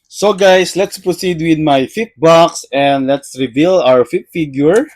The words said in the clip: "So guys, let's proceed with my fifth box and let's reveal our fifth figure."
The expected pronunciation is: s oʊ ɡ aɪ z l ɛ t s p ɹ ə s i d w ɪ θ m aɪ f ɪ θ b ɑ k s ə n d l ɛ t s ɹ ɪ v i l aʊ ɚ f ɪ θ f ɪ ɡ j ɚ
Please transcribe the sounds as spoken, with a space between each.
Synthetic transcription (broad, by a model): s oʊ ɡ aɪ s l ɛ t s p ɹ ə s i d w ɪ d m aɪ f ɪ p b ɑ k s ə n d l ɛ t s ɹ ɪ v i l aʊ ɚ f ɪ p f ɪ ɡ j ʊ